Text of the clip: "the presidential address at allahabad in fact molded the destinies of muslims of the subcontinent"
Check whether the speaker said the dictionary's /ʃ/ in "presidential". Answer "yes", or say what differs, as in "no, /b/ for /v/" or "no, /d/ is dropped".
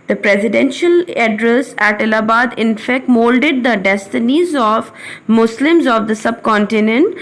yes